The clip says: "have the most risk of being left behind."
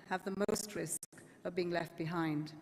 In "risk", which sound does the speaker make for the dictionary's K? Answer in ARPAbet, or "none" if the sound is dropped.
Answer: K